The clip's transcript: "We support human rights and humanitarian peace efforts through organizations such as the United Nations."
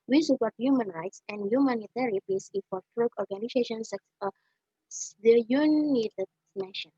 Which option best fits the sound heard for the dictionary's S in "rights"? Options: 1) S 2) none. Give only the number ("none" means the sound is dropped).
1